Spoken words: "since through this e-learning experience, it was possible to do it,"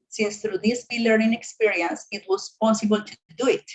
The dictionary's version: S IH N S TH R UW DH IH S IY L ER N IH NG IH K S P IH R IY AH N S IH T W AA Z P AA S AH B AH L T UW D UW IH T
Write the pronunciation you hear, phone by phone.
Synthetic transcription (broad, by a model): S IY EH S T R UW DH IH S IY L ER IH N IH K S P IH R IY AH N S IH T W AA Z P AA S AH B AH L T UW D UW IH T